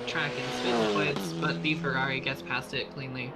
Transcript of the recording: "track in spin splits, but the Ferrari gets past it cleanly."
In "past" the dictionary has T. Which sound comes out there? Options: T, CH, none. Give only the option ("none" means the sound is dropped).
T